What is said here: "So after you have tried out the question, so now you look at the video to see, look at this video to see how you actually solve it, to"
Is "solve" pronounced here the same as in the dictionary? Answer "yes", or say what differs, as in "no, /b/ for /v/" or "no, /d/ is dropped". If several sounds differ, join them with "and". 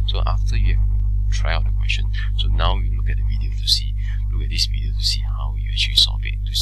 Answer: no, /l/ is dropped